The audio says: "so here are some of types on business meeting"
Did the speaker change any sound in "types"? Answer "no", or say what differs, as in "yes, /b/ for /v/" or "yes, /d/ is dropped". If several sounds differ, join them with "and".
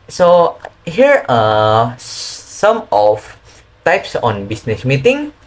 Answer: no